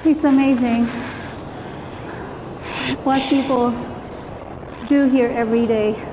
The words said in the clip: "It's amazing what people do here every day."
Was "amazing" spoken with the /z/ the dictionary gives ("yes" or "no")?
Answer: yes